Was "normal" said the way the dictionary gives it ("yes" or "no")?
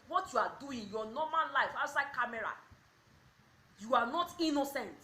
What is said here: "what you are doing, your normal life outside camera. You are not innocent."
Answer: no